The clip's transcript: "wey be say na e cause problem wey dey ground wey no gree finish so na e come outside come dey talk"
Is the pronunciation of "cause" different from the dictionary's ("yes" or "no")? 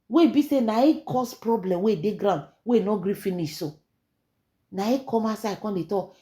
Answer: yes